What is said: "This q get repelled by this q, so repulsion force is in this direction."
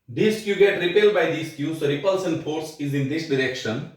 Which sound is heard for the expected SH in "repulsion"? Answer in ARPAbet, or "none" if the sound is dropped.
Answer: S